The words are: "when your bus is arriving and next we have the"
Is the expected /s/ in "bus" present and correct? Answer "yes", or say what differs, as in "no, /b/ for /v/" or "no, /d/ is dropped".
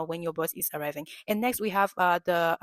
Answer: no, /θ/ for /s/